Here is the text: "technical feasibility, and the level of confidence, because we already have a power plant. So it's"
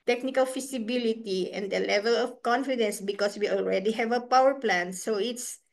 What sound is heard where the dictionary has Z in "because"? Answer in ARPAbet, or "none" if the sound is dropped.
S